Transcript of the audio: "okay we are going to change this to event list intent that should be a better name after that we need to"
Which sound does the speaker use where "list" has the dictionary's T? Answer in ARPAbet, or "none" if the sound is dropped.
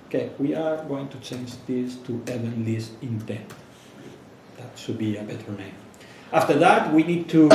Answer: none